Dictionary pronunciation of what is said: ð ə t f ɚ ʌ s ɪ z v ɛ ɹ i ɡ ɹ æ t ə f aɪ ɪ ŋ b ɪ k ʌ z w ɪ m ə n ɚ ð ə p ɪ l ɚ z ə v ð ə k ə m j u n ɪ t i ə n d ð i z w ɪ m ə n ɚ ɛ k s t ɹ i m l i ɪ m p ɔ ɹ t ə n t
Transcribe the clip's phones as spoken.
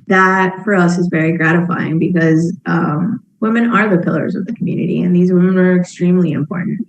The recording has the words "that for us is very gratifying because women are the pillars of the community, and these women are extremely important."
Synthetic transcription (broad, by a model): ð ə t f ɚ ʌ s ɪ z v ɛ ɹ i ɡ ɹ æ t ə f aɪ ɪ ŋ b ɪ k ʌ z w ɪ m ə n ɚ ð ə p ɪ l ɚ z ə v ð ə k m j u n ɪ t i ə n ð i z w ɪ m ə n ɚ ɛ k s t ɹ i m l i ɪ m p ɔ ɹ t n t